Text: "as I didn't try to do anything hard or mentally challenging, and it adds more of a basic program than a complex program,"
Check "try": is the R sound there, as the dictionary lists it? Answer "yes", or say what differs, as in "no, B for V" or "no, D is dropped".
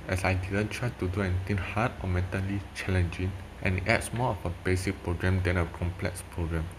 yes